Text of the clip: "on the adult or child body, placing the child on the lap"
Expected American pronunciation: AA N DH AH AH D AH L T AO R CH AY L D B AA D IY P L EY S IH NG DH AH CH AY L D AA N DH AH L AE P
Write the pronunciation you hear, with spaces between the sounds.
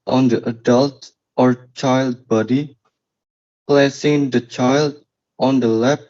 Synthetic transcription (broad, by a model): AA N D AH AH D AH L T AO R CH AY L D B AA D IY P L EY S IH NG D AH CH AY L D AA N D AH L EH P